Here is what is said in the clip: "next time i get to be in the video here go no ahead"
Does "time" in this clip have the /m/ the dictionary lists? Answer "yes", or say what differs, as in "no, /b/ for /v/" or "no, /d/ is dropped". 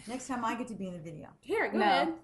yes